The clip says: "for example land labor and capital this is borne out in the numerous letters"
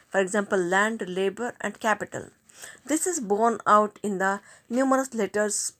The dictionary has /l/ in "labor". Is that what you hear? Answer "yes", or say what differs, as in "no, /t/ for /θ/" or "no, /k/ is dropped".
yes